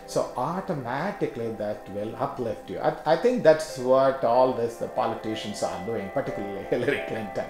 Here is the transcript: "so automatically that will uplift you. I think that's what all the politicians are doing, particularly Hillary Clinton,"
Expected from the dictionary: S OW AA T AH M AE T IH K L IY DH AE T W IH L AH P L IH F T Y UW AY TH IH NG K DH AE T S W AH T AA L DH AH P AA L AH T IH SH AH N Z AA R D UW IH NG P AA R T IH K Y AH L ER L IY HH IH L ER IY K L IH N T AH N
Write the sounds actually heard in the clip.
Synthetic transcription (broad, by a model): S OW AA T AH M AE T IH K L IY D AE T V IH L AH P L IH F T Y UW AY T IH NG K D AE T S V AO T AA L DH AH P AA L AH T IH SH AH N S AA R D UW IH NG P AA R T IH K Y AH L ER L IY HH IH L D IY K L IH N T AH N